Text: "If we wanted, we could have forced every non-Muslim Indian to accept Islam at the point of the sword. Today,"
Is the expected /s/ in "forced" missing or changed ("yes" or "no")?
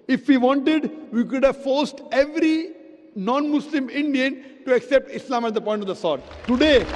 no